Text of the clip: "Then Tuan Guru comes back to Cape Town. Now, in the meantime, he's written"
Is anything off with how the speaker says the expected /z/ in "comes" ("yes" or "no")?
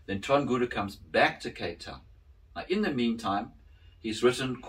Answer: no